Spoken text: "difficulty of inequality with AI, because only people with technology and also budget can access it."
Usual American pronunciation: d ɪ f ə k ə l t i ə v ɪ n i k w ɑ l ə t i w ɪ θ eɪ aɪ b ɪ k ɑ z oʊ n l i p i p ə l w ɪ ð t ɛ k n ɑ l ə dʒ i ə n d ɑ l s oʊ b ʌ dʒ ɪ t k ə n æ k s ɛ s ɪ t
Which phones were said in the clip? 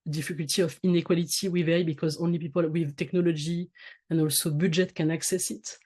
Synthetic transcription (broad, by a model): d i f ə k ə l t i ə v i n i k w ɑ l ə t i w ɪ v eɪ b ɪ k ɑ z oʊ n l i p i p ə l w ɪ ð t ɛ k n ɑ l ə dʒ i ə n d ɑ l s oʊ b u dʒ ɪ t k ə n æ k s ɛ s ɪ t